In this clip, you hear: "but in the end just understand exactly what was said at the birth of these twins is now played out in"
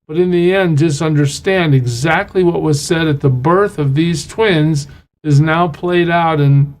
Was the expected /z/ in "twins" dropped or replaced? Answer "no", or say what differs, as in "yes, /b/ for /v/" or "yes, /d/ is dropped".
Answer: no